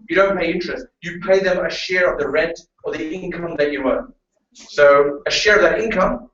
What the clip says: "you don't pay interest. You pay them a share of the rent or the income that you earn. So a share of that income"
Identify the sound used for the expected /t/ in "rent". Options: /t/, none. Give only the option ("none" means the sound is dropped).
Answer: /t/